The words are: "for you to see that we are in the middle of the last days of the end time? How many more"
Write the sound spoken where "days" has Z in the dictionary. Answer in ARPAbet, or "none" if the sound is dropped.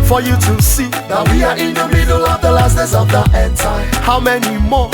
S